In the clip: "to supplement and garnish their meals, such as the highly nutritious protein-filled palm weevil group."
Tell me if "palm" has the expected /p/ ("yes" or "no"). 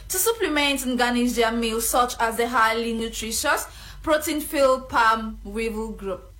yes